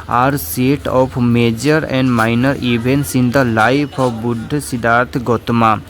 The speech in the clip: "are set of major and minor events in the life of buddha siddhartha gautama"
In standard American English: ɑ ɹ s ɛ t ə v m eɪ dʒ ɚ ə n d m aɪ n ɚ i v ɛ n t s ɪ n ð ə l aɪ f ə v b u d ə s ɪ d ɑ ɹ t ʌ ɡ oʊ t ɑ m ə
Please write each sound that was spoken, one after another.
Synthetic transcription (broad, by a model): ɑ ɹ s ɛ t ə p m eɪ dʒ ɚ ə n d m aɪ n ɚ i b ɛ n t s ɪ n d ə l aɪ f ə b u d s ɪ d ɑ ɹ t ɡ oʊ t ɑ m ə